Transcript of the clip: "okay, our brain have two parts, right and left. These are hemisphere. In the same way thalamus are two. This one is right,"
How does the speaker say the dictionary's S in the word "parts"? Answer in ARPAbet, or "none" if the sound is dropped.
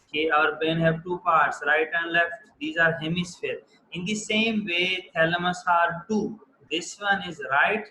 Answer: S